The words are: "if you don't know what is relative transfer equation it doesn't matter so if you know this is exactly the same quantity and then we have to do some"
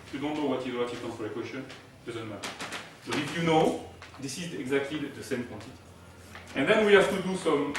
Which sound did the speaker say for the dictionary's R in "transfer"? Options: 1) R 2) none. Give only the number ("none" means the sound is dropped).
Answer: 2